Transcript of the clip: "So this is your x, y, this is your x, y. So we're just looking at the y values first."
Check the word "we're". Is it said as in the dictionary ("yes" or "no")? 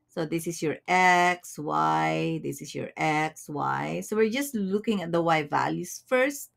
yes